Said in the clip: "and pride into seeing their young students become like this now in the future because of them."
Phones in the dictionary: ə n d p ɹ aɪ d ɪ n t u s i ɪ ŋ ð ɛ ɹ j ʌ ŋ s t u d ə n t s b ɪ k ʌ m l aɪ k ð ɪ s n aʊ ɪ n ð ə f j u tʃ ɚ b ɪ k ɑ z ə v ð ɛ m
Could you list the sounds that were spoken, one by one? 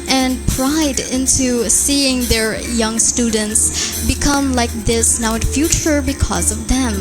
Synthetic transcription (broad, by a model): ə n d p ɹ aɪ d ɪ n t u s i ɪ ŋ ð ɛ ɹ j ʌ ŋ s t u d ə n t s b ɪ k ʌ m l aɪ k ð ɪ s n aʊ ɪ n f j u tʃ ɚ b ɪ k ɑ z ə v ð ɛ m